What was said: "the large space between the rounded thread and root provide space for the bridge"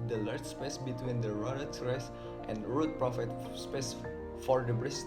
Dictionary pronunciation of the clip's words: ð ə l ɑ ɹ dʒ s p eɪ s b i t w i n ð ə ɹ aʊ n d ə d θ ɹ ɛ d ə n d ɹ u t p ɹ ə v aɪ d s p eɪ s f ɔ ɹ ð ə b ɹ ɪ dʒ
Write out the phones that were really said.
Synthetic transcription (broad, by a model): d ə l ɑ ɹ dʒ s p eɪ s b i t w i n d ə ɹ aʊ d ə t ɹ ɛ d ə n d ɹ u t p ɹ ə f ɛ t s p eɪ s f ɔ ɹ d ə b ɹ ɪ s